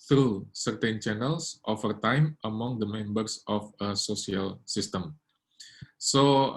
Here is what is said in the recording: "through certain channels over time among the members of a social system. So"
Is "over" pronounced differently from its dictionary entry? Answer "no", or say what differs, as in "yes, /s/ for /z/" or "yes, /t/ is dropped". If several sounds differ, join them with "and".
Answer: yes, /f/ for /v/